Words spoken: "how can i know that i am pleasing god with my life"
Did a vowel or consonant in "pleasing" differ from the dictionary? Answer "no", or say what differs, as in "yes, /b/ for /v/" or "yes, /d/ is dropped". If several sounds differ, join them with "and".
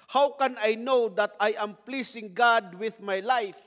yes, /s/ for /z/